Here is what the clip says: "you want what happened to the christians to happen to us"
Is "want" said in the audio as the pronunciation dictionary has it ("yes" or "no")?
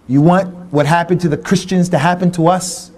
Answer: yes